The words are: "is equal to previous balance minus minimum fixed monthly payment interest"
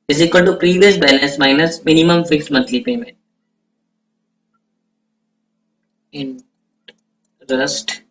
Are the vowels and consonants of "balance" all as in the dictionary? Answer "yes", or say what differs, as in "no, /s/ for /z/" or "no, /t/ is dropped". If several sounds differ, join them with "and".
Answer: no, /n/ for /l/ and /n/ is dropped